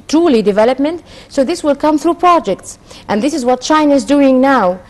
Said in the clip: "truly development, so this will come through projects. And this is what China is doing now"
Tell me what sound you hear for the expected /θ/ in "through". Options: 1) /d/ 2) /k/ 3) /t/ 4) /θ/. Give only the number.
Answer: 4